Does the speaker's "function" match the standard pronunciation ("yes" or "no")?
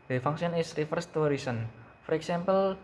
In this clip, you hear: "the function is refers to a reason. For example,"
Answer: no